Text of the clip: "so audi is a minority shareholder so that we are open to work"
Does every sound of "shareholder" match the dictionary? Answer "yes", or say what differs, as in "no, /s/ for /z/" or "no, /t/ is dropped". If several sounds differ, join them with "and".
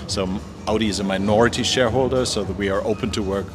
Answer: yes